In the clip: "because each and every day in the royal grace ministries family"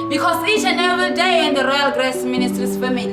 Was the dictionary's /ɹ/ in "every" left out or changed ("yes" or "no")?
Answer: yes